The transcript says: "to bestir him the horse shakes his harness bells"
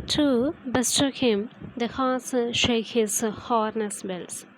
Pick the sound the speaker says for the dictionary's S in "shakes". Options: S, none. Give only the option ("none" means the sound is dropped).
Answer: none